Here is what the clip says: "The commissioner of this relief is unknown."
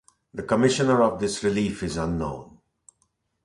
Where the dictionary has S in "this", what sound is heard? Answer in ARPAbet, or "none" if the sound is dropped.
S